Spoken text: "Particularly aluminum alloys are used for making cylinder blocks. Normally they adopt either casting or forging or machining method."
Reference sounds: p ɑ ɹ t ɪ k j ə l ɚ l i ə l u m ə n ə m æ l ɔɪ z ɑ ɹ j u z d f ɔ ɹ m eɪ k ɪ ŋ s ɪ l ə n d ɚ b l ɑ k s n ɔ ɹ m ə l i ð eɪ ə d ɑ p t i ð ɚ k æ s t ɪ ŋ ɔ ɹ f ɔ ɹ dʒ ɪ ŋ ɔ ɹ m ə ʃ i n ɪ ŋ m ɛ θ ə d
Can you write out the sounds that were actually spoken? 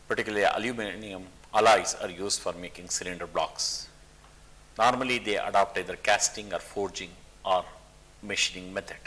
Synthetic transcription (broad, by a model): p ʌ ɹ t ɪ k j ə l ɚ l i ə l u m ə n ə m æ l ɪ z ɑ ɹ j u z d f ɔ ɹ m eɪ k ɪ ŋ s ɪ l ə n d ɚ b l ɑ k s n ɔ ɹ m ə l i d eɪ ə d ɑ p t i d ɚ k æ s t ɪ ŋ ɔ ɹ f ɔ ɹ dʒ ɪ ŋ ɔ ɹ m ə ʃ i n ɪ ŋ m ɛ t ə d